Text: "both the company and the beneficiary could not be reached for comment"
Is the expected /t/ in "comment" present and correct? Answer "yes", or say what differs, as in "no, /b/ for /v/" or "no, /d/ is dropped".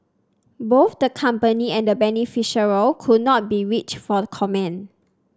no, /t/ is dropped